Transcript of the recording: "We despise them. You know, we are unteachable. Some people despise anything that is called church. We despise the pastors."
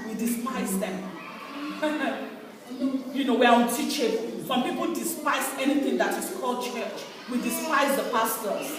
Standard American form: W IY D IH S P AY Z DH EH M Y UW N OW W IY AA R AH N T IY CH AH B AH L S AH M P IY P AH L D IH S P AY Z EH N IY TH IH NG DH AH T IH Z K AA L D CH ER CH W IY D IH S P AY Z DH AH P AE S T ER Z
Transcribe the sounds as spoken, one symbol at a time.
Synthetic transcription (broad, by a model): W IY D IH S P AY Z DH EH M Y UW N OW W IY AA W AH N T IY CH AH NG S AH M P IY P AH L D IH S P AY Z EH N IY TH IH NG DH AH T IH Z K AA L D CH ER CH W IY D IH S P AY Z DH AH P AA S T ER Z